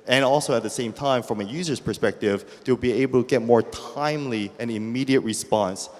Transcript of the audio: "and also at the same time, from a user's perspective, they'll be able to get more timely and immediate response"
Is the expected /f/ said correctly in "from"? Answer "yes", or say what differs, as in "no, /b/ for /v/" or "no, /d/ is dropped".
yes